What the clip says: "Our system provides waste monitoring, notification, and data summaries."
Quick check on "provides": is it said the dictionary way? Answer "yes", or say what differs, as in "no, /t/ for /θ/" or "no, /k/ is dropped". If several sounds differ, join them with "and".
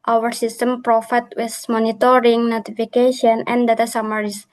no, /f/ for /v/